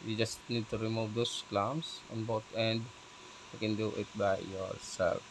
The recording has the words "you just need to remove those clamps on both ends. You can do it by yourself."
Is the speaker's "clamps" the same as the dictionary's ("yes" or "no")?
no